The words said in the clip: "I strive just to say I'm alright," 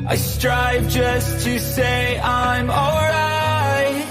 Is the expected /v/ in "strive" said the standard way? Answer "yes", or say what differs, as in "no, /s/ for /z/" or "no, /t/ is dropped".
yes